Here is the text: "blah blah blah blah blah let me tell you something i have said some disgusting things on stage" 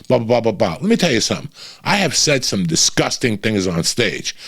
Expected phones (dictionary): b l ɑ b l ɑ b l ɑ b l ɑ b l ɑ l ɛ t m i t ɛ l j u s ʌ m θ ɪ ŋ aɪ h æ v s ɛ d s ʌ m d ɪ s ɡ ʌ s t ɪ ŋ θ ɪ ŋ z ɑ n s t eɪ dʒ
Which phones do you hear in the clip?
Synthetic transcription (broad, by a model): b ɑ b ɑ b ɑ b ɑ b ɑ l ɛ t m i t ɛ l j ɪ s ʌ m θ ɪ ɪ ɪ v s ɛ d s ʌ m d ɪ s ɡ ʌ s t ɪ ŋ θ ɪ ŋ z n s t eɪ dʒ